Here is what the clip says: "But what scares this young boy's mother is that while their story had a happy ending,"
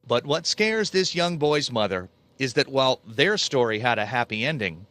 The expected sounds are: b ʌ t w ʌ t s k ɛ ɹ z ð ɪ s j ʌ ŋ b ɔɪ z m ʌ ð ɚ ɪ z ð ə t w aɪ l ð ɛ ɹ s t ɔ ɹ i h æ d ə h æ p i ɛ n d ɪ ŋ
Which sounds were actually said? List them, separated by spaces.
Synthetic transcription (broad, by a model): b ʌ t w ʌ t s k ɛ ɹ z ð ɪ s j ʌ ŋ b ɔɪ z m ʌ ð ɚ ɪ z ð ə t w aɪ l ð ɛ ɹ s t ɔ ɹ i h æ d ə h æ p i ɛ n d ɪ ŋ